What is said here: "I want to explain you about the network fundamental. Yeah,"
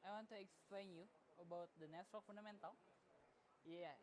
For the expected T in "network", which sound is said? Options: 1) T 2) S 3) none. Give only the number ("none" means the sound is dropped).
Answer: 2